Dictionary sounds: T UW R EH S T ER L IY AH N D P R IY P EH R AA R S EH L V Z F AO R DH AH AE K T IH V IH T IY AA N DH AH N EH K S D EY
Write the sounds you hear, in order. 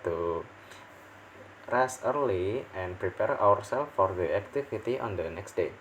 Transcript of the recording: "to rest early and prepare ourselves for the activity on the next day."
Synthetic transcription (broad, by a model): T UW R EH S ER L IY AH N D P R IY P EH R AA R S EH L F AO R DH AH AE K T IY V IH T IY AA N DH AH N EH K S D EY